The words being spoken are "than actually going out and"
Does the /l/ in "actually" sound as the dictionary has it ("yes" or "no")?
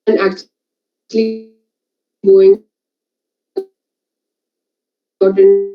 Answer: yes